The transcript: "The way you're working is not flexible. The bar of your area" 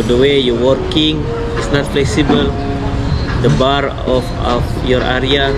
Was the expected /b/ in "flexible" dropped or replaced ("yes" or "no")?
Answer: no